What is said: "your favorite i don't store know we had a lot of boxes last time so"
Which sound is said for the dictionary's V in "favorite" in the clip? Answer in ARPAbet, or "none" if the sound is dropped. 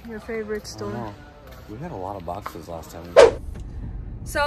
V